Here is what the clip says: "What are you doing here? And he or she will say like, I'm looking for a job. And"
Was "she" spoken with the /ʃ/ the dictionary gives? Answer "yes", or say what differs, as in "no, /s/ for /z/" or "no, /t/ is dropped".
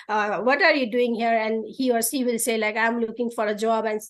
no, /s/ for /ʃ/